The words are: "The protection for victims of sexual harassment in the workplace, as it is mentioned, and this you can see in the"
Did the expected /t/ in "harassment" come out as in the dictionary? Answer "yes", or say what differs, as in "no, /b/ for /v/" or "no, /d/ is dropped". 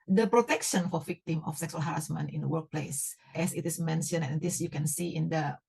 no, /t/ is dropped